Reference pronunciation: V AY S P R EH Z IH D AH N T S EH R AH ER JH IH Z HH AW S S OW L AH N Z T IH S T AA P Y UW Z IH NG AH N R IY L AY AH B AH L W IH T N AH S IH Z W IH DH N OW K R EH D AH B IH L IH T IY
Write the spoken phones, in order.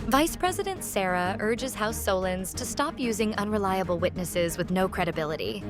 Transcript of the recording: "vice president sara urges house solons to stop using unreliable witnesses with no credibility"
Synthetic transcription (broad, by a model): V AY S P R EH Z IH D AH N T S EH R AH ER JH IH Z HH AW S S OW L AH N Z T IH S T AA P Y UW Z IH NG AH N R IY L AY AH B L W IH T N AH S IH Z W IH DH N OW K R EH D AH B IH L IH T IY